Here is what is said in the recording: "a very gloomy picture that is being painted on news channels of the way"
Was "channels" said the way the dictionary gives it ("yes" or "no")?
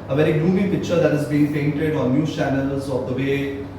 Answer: yes